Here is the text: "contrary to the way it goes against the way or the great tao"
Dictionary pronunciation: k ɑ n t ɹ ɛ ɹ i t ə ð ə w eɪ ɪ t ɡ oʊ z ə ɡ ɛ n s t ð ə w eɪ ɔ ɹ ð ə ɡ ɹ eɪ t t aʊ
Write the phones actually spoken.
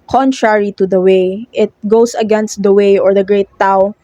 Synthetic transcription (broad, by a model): k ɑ n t ɹ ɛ ɹ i t ə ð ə w eɪ ɪ t ɡ oʊ s ə ɡ ɛ n s t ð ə w eɪ ɔ ɹ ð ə ɡ ɹ eɪ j t aʊ